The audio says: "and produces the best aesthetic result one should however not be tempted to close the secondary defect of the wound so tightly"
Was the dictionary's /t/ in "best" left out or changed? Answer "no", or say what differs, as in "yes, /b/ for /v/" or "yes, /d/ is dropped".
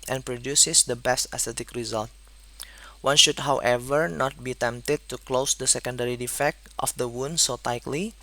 no